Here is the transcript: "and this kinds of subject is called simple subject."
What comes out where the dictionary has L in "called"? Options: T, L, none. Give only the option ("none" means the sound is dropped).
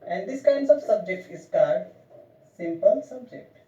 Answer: none